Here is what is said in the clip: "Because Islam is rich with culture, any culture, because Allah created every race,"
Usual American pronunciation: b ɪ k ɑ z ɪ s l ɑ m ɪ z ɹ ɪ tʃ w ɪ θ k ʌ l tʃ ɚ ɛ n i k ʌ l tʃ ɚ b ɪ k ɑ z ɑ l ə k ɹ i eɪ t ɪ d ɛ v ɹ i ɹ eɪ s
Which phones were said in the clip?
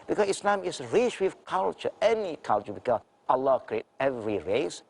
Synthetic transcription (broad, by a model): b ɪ k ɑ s ɪ s l ɑ m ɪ s ɹ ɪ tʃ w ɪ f k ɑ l tʃ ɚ ɛ n i k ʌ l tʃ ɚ b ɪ k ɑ s ɑ l ə k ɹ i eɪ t ɛ v ɹ i ɹ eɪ s